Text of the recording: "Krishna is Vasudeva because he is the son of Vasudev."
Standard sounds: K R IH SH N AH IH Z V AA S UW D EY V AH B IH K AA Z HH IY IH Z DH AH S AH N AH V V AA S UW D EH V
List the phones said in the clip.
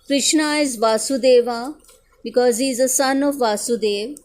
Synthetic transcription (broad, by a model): K R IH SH N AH IH Z V AA S UW D EY V AH B IH K AA Z HH IY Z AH S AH N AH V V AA S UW D EH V